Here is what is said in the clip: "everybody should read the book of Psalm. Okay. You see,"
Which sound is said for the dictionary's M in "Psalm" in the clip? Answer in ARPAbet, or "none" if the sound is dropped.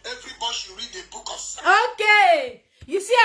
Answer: none